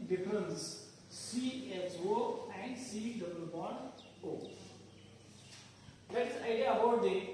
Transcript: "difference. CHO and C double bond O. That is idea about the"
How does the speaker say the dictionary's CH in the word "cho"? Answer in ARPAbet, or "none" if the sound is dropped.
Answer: S